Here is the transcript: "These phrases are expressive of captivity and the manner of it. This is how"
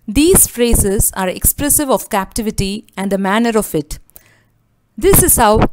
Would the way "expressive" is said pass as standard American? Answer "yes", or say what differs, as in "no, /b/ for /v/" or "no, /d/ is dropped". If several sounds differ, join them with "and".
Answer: yes